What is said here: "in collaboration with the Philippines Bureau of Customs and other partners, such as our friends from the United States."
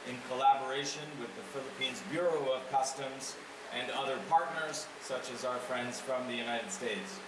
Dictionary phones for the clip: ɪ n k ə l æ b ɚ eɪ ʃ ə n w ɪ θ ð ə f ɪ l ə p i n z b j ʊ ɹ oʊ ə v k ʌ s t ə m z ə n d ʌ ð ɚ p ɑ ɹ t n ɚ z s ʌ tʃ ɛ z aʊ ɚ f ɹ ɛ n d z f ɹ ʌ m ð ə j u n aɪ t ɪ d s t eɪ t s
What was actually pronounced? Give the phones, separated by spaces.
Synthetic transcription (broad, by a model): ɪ n k ə l æ b ɚ eɪ ʃ ə n w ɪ ð ə f ɪ l ə p i n z b j ʊ ɹ oʊ ə v k ʌ s t ə m z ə n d ʌ ð ɚ p ɑ ɹ t n ɚ z s ʌ tʃ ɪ z aʊ ɚ f ɹ ɛ n d z f ɹ ʌ m ð ə j u n aɪ t ɪ d s t eɪ t s